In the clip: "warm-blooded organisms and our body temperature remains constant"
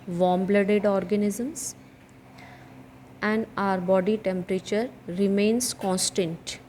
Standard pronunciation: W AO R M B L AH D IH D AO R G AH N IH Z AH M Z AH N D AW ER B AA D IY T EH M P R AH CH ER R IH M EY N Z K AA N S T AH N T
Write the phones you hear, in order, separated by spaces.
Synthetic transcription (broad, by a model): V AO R M B L AH D IH D AO R G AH N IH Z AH M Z AH N D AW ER B AA D IY T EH M P R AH CH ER R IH M EY N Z K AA N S T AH N T